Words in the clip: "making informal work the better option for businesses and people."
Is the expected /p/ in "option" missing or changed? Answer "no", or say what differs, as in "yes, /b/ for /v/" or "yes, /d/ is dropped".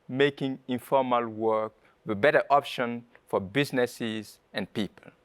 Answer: no